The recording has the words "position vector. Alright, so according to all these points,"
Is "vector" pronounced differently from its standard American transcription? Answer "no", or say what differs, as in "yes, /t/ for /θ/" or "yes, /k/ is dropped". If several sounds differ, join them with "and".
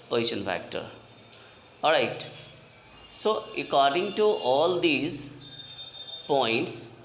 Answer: yes, /f/ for /v/